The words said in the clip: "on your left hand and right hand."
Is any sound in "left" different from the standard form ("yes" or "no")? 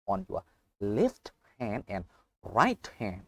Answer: no